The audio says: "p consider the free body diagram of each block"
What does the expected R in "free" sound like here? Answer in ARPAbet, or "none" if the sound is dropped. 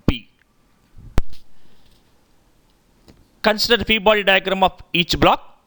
none